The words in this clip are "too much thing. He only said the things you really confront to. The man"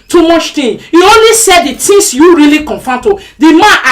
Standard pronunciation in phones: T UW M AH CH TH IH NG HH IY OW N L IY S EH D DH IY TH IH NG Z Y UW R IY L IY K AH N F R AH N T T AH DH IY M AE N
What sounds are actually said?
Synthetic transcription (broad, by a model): T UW M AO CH T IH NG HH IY OW N L IY S EH D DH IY T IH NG S Y UW R IY L IY K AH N F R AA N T T AH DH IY M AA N